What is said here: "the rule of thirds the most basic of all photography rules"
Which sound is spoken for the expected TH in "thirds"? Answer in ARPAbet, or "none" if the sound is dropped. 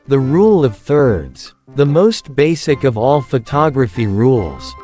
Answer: TH